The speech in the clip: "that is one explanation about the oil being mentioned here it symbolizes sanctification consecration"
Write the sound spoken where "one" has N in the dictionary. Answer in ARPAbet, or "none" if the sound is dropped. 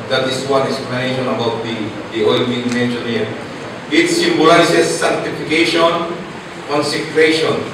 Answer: none